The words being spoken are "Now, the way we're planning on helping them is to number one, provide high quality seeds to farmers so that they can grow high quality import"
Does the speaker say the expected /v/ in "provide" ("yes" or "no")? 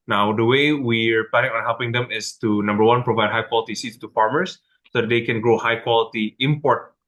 yes